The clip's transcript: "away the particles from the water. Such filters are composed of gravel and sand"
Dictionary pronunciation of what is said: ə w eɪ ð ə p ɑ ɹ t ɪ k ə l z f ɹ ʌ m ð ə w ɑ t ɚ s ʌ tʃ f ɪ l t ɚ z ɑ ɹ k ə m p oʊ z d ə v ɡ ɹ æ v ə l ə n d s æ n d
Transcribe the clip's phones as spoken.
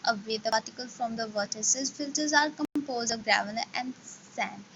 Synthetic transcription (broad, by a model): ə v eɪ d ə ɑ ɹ t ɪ k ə l f ɹ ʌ m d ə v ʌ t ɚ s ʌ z f ɪ l t ɚ z ɑ ɹ k ə m p oʊ z d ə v ɡ ɹ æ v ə n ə n d s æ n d